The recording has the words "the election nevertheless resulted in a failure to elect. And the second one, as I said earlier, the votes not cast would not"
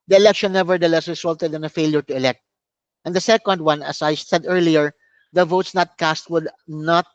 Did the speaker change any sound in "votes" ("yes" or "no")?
no